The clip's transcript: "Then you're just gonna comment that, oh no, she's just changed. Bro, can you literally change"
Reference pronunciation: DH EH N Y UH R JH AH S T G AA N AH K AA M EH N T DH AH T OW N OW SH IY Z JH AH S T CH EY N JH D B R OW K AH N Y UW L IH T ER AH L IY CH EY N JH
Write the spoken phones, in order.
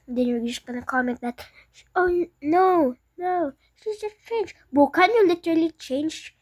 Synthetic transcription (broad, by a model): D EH N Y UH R JH AH S T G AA N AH K AA M EH N T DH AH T OW N OW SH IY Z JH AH S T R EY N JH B OW K AH N Y UW L IH T ER AH L IY CH EY N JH